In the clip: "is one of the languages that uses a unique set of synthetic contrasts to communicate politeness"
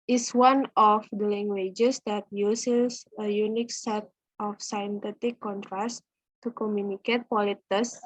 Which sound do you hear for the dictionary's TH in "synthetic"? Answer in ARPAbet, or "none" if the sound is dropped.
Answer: T